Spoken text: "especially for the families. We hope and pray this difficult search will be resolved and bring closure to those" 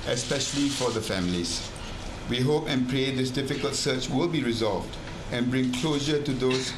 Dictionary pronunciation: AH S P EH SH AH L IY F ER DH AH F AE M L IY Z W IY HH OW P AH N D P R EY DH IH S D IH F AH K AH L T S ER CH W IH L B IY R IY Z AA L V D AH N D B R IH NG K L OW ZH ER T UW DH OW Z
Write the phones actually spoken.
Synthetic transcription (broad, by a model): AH S P EH SH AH L IY F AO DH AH F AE M L IY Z W IY HH OW P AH N P R EY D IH S D IH F AH K AH L T S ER CH W IH L B IY R IY Z AA L V D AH N B R IH NG K L OW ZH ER T UW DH OW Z